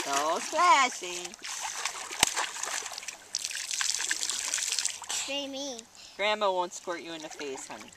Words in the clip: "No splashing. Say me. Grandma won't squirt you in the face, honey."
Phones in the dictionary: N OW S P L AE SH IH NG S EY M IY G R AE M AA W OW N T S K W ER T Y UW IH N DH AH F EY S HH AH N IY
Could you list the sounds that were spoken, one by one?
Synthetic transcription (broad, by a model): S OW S L AE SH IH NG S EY M IY G R AE M AA W OW N T S K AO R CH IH IH N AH F EY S HH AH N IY